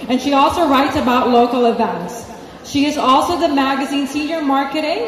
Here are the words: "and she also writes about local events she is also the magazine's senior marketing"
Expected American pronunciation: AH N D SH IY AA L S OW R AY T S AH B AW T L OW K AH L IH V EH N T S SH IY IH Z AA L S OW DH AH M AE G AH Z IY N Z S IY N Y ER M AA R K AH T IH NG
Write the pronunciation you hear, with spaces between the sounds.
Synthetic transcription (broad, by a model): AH N SH IY AA L S OW R AY T S AH B AW T L OW K L IH V EH N T S SH IY IH Z AA L S OW DH AH M AE G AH Z IY N S IY N Y ER M AA R K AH T IH NG